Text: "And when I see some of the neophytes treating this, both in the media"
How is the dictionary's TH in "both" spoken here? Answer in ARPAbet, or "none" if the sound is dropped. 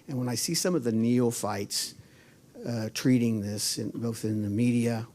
TH